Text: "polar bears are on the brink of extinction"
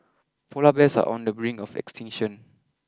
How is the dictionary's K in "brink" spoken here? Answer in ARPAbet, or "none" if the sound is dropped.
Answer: none